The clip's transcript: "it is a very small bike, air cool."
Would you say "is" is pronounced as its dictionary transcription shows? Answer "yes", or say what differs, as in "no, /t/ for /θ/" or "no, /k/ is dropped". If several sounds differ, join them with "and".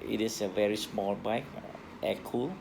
no, /s/ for /z/